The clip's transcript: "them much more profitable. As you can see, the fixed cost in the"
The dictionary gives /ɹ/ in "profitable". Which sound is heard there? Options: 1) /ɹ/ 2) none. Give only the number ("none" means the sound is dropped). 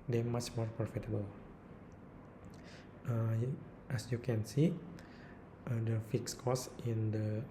2